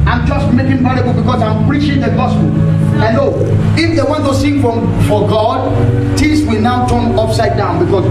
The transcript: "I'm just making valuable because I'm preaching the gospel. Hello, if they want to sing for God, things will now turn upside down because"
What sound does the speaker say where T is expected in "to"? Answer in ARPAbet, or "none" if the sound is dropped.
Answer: S